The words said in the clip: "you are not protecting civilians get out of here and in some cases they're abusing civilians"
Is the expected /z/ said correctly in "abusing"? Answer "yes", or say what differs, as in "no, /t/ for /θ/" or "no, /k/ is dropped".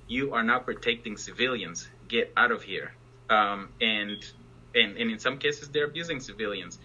yes